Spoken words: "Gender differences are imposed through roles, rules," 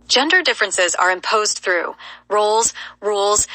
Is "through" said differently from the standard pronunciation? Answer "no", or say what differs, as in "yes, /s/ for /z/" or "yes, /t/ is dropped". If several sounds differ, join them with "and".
no